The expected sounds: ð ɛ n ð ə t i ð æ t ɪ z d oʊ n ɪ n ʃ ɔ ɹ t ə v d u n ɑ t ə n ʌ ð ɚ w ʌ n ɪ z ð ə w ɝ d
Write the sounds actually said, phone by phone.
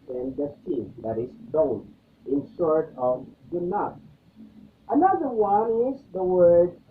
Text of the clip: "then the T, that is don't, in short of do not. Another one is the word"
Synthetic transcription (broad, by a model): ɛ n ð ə s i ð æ t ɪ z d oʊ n ɪ n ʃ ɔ ɹ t ə v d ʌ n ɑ t ə n ʌ ð ɚ w ʌ n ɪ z ð ə w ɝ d